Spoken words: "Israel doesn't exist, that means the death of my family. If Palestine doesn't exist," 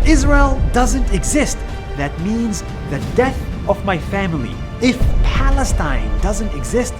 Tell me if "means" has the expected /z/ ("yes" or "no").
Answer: yes